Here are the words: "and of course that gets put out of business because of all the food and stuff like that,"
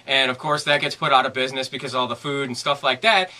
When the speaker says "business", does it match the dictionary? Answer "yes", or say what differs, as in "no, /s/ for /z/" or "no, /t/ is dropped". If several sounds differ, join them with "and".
yes